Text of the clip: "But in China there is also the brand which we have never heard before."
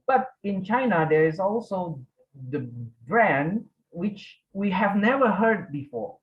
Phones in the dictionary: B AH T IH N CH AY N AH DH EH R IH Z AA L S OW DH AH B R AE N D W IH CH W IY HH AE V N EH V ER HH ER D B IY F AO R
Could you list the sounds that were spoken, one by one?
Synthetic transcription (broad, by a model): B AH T IH N CH AY N AH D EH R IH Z AA L S OW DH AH B R AE N D W IH CH W IY HH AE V N EH V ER HH ER D B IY F AO R